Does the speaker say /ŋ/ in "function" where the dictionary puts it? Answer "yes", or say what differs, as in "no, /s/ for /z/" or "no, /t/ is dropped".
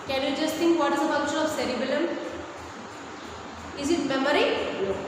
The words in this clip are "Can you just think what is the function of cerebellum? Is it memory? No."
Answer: no, /ŋ/ is dropped